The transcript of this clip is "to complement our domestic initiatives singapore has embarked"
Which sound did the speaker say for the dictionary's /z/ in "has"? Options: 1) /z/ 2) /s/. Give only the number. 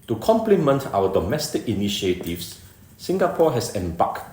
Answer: 2